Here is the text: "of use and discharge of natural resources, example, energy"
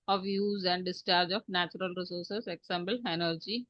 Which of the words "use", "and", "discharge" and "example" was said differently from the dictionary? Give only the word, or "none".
example